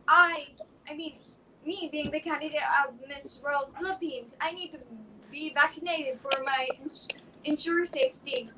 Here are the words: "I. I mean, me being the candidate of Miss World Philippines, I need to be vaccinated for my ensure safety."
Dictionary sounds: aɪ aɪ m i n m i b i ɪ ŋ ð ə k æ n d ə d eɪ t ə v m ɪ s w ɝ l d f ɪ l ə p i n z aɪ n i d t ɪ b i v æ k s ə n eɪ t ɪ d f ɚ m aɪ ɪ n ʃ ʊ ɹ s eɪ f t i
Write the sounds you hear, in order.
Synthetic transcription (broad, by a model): aɪ aɪ m i n m i b i ɪ ŋ ð ə k æ n d ə d eɪ t ə v m ɪ s w ɝ l d f ɪ l ə p i n z aɪ n i d t ɪ b i v æ k s ə n eɪ t ɪ d f ɚ m aɪ ɪ n ʃ ʊ ɹ s eɪ f t i